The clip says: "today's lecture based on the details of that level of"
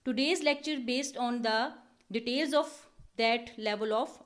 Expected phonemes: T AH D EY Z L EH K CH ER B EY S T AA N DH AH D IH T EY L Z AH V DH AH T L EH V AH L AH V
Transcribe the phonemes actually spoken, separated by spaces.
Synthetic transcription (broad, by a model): T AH D EY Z L EH K CH ER B EY S T AA N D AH D IH T EY L Z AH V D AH T L EH V AH L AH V